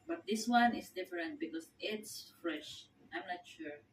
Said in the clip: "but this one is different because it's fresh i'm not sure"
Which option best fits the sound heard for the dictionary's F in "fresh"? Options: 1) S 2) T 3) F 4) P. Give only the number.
3